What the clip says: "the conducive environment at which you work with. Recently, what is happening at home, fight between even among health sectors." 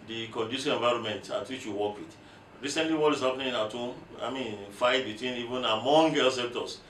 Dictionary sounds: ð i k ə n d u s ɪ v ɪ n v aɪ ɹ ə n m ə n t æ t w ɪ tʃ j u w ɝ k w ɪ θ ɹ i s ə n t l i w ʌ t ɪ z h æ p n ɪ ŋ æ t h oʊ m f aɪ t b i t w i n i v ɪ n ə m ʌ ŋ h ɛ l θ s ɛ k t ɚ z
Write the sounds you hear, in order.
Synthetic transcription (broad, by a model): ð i k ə n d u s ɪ ɪ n v aɪ ɹ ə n m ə n t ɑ t w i tʃ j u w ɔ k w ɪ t ɹ i s ə n t l i w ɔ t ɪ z h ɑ p n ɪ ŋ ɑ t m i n f aɪ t b i t w i n i v ɪ n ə m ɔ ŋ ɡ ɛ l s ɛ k t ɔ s